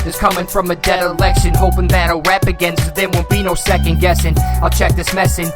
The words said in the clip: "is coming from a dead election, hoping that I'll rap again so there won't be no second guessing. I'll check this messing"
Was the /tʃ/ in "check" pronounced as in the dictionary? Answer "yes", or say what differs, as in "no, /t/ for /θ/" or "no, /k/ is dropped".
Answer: yes